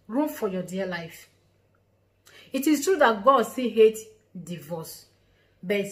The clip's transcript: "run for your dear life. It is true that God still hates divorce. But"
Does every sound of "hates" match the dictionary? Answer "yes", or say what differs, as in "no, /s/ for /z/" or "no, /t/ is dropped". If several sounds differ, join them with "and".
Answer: no, /s/ is dropped